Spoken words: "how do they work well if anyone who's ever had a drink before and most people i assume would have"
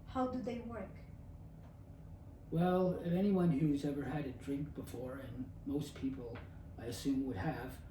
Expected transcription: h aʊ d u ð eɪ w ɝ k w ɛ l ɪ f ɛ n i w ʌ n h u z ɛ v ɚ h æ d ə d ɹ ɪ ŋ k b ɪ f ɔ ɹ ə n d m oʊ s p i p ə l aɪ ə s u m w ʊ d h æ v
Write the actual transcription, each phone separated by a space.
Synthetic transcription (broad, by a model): h aʊ d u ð eɪ w ɝ k w ɛ l ɪ f ɛ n i w ʌ n h u z ɛ v ɚ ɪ d ə d ɹ ɪ ŋ k b ɪ f ɔ ɹ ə n m oʊ s p i p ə l aɪ ə s u m w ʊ d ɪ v